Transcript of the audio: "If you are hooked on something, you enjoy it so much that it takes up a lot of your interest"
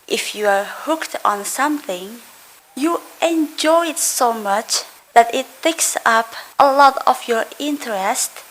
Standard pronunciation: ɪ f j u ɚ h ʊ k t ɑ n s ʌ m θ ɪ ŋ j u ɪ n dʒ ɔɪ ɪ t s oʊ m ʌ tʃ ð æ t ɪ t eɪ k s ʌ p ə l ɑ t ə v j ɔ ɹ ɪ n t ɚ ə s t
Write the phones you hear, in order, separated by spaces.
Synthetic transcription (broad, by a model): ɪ f j u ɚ h ʊ k t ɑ n s ʌ m θ ɪ ŋ j u ɪ n dʒ ɔɪ ɪ t s oʊ m ʌ tʃ ð æ t ɪ t eɪ k s ʌ p ə l ɑ t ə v j ɔ ɹ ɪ n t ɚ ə s t